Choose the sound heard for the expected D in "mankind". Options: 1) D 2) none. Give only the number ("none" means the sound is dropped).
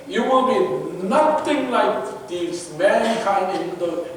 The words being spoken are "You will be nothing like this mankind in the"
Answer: 2